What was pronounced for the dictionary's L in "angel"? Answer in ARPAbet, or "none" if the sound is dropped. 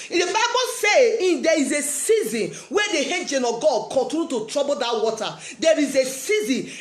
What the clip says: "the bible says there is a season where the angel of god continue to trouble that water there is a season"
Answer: N